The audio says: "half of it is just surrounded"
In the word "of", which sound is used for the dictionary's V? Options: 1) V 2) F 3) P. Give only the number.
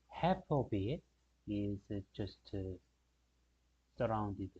3